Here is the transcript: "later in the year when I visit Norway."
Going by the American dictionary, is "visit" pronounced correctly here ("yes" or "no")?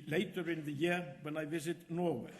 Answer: yes